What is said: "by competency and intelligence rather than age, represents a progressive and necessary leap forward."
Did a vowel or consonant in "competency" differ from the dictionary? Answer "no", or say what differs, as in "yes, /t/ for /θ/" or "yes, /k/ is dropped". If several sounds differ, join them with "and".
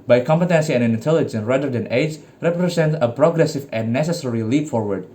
no